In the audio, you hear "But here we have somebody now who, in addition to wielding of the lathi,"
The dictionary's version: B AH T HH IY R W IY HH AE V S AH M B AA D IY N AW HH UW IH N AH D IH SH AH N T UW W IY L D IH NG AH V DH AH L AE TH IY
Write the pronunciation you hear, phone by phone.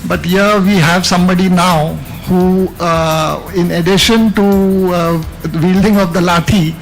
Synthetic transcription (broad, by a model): B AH T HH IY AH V IY HH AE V S AH M B AA D IY N AW HH UW IH N AH D IH SH AH N T UW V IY L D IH NG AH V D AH L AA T IY